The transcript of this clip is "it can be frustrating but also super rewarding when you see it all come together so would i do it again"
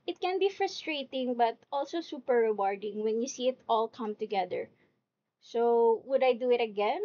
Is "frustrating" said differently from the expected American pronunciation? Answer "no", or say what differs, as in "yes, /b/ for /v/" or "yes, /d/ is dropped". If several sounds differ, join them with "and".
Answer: no